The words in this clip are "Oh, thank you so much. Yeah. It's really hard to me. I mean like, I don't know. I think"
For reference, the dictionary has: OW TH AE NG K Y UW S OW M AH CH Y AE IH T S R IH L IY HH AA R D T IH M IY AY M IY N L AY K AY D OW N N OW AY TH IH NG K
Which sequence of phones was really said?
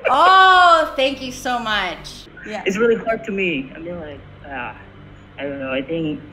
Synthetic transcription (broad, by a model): OW TH AE NG K Y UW S OW M AH CH Y AE IH T S R IH L IY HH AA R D T IH M IY AY M IY N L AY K AY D OW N N OW AY TH IH NG K